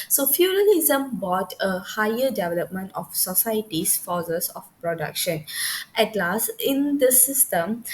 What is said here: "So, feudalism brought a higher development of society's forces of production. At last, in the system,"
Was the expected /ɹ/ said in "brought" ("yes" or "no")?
no